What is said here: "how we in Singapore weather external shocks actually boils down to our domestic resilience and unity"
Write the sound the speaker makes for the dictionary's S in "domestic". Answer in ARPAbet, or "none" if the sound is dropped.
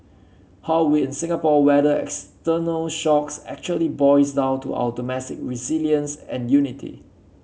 none